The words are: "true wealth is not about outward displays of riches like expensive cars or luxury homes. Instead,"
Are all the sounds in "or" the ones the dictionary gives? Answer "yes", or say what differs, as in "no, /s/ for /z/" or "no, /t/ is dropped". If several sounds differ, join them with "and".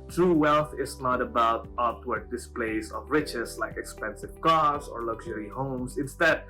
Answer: yes